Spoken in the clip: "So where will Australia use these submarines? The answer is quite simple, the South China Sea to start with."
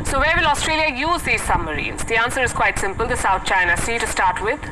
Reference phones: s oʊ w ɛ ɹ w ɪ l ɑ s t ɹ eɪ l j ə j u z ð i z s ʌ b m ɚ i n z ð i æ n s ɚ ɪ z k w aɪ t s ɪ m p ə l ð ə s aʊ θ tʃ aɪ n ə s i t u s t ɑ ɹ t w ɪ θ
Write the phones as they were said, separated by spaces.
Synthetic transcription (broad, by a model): s oʊ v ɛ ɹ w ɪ l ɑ s t ɹ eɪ l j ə j u z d i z s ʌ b m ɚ i n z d i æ n s ɚ ɪ z k w aɪ t s ɪ m p ə l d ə s aʊ t tʃ aɪ n ə s i t u s t ɑ ɹ t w ɪ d